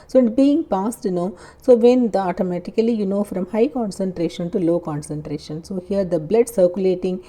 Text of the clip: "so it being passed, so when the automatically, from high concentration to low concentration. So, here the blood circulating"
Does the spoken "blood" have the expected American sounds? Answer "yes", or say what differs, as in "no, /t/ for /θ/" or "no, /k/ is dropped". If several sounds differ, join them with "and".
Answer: yes